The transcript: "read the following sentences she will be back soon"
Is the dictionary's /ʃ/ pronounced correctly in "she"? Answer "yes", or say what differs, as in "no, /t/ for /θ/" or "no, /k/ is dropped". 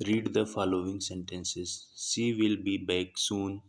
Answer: no, /s/ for /ʃ/